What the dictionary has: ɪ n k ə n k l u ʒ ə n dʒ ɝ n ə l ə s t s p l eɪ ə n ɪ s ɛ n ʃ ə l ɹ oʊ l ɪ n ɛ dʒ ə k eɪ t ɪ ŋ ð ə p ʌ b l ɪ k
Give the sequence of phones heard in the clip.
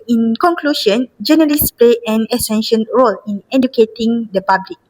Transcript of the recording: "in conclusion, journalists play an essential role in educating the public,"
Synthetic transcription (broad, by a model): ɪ n k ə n k l u ʃ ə n dʒ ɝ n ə l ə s s p l eɪ ə n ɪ s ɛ n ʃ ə n ɹ oʊ l ɪ n ɛ dʒ ə k eɪ t ɪ ŋ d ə p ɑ b l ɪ k